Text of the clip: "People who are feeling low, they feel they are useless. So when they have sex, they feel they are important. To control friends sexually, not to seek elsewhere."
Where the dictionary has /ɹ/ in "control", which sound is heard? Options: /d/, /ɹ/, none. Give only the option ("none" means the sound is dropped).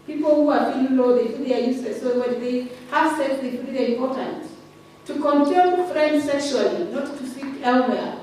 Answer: none